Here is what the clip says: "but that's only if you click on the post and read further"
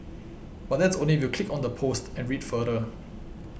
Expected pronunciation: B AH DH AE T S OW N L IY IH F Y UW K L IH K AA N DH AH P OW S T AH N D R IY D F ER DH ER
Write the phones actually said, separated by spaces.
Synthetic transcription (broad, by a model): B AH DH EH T S OW N L IY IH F Y UW K L IH K AA N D AH P OW S T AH N R IY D F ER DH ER